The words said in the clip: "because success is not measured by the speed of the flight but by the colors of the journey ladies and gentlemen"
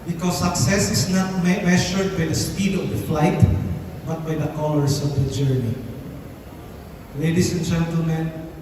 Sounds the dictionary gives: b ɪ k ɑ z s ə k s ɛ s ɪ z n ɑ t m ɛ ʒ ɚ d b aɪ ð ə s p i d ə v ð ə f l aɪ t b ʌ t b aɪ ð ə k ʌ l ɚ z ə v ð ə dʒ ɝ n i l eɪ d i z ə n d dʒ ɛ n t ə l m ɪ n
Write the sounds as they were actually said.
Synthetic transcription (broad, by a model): b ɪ k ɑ s ə k s ɛ s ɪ s n ɑ t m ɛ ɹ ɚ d b aɪ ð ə s p i d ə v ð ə f l aɪ t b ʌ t b aɪ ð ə k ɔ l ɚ s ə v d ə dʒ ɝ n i l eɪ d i s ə n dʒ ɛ n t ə l m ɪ n